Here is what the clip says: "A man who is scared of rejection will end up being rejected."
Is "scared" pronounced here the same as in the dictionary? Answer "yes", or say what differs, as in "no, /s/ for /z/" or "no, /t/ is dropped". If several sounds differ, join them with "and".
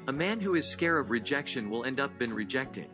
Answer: no, /d/ is dropped